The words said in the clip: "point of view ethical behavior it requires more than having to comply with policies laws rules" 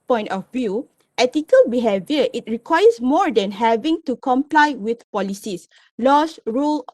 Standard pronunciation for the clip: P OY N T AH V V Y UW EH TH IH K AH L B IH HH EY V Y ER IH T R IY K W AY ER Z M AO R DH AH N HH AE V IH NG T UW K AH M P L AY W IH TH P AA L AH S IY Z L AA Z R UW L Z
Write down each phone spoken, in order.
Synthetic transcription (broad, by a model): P OY N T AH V V Y UW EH T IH K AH L B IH HH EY V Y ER IH T R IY K W AY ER S M AO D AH N HH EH V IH NG T UW K AH M P L AY W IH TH P AA L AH S IY S L AA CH R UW L